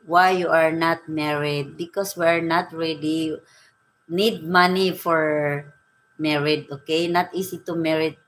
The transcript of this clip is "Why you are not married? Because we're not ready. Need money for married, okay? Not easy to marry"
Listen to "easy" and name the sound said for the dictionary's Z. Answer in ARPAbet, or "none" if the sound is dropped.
S